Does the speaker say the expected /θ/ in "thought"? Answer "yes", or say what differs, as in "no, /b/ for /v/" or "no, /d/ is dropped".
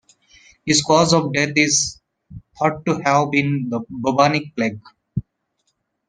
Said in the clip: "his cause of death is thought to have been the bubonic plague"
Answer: no, /t/ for /θ/